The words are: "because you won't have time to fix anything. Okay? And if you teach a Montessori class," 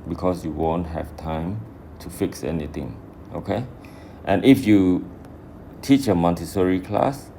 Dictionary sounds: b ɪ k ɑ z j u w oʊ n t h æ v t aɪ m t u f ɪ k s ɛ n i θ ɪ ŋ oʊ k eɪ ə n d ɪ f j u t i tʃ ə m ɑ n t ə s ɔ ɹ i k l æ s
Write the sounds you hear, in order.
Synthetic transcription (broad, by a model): b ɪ k ɑ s j u w oʊ n t h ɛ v t aɪ m t u f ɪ k s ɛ n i t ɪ ŋ oʊ k eɪ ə n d ɪ f j u t i tʃ ə m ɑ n t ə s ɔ ɹ i k l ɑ s